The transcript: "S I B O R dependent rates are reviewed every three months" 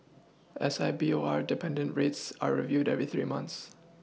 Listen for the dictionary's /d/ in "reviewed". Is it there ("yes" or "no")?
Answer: yes